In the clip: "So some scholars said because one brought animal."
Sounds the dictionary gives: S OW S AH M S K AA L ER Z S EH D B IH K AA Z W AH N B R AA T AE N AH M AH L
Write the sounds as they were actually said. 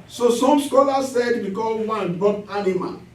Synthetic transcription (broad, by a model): S OW S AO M S K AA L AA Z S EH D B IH K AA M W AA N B AA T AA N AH M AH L